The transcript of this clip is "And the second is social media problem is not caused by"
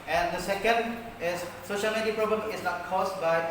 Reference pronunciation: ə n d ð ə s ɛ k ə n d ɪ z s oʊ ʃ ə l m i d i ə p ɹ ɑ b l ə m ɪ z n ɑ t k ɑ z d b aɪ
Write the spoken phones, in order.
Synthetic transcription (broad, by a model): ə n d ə s ɛ k ə n d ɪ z s oʊ ʃ ə l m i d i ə p ɹ ɑ b l ə m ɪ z n ɑ t k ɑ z b aɪ